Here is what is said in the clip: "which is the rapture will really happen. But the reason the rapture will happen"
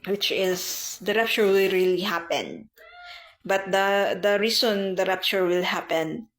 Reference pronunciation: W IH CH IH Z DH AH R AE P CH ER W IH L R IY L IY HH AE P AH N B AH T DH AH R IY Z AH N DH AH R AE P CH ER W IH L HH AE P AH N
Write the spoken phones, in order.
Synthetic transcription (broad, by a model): W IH CH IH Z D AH R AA P CH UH W IH L R IY L IY HH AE P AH N B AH T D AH R IY S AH N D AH R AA P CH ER W IH L HH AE P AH N